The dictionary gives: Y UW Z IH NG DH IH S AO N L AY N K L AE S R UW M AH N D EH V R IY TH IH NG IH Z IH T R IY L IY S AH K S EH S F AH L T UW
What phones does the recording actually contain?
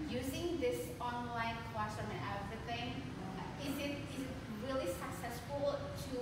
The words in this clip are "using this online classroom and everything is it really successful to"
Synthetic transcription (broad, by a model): Y UW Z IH NG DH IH S AO N L AY N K W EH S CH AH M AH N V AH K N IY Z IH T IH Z IH T R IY L IY S AH K S EH S F AH L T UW